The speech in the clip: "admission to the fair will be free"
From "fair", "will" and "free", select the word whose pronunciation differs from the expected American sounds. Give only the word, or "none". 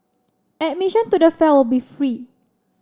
fair